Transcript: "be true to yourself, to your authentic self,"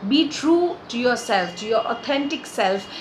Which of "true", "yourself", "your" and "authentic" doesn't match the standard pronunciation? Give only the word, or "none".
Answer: authentic